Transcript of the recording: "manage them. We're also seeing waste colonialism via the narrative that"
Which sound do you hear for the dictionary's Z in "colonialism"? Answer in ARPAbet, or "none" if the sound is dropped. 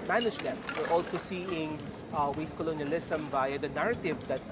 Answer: S